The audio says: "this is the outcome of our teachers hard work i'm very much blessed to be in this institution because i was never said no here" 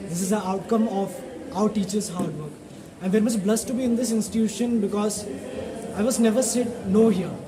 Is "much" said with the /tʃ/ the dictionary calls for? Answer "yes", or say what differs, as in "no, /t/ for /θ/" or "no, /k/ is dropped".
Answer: no, /s/ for /tʃ/